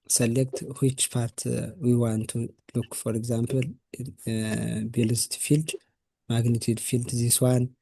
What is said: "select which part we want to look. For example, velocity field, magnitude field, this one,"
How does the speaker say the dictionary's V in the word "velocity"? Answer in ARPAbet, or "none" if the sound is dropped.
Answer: B